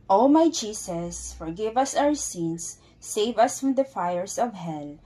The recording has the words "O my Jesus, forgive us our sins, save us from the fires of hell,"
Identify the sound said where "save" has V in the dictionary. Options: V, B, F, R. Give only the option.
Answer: V